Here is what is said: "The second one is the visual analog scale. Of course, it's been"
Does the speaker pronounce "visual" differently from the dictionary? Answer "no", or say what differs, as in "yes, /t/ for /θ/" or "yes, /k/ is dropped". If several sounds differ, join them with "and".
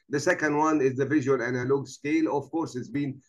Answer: no